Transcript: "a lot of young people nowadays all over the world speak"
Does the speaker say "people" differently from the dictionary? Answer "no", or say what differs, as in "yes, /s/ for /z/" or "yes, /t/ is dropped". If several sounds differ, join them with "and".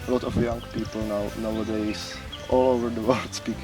yes, /w/ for /l/